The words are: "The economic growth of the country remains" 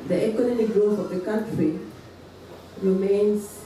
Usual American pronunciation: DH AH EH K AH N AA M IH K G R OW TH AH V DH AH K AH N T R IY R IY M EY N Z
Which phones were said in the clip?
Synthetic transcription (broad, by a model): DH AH EH K AH N AA M IH K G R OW S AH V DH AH K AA N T R IY R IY M EY N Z